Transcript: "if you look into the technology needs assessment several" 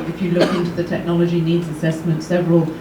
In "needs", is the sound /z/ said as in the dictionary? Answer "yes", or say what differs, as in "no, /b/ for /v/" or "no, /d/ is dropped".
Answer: yes